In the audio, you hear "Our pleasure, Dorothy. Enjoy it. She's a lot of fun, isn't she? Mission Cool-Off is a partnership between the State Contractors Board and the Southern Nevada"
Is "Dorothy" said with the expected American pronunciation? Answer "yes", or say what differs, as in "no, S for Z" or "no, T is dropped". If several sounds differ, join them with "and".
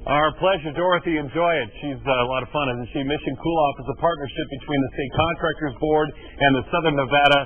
yes